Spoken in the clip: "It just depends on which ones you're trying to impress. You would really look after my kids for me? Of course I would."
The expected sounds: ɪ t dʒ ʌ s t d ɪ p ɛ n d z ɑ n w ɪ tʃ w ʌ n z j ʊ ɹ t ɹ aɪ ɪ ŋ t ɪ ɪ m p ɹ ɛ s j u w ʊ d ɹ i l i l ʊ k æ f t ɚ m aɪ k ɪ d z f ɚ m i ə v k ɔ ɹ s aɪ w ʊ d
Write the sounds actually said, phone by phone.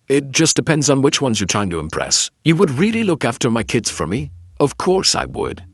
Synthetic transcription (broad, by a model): ɪ t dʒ ʌ s d ɪ p ɛ n d z n w ɪ tʃ w ʌ n z j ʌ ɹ t ɹ aɪ ɪ ŋ t ɪ ɪ m p ɹ ɛ s j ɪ w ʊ d ɹ i l i l ʊ k æ f t ɚ m aɪ k ɪ d z f ɚ m i ə v k ɔ ɹ s aɪ w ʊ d